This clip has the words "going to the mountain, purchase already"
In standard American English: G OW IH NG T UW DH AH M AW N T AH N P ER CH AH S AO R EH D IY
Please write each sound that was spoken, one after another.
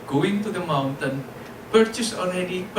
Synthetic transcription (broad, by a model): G OW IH NG T UW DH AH M AW N T AH N P ER CH AH S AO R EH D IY